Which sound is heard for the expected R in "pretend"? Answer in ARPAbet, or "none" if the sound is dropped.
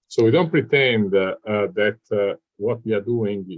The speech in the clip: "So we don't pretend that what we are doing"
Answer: R